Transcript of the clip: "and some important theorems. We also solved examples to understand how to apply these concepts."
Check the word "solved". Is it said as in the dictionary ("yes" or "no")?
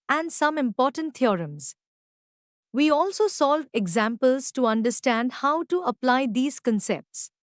no